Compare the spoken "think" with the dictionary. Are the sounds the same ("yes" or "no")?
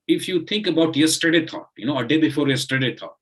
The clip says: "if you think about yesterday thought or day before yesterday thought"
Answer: no